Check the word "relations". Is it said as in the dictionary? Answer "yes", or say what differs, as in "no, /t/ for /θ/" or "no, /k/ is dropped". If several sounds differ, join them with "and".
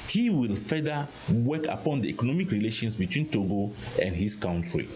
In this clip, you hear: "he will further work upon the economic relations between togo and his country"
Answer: no, /s/ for /z/